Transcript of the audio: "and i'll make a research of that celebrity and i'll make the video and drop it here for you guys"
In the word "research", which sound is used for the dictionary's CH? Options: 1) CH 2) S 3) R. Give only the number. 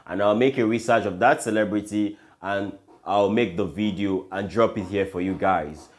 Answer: 1